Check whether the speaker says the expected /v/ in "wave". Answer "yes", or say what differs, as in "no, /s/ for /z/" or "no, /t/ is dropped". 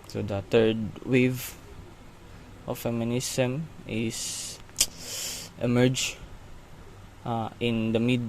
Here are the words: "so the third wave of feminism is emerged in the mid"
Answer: yes